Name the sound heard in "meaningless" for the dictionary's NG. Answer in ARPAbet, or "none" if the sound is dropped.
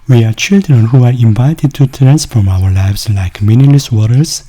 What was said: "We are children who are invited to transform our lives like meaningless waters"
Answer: none